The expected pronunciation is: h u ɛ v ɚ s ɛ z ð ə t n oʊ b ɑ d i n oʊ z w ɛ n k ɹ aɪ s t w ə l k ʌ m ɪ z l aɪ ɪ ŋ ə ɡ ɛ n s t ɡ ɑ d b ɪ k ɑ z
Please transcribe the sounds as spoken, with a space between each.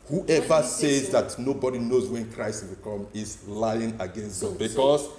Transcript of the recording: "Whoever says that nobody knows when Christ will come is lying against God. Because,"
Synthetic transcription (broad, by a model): h u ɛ v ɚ s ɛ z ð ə t n oʊ b ɑ d i n oʊ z w ɛ n k ɹ aɪ s t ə k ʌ m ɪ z l aɪ ɪ ŋ ə ɡ ɛ n s t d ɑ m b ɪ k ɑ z